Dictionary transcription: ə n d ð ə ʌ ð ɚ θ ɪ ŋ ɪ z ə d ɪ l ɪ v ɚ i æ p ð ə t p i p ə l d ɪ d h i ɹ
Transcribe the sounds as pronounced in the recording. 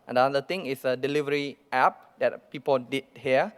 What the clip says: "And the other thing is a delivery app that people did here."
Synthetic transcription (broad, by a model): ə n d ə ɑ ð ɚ t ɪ ŋ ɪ s ə d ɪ l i v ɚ i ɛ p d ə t p i p ə l d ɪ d h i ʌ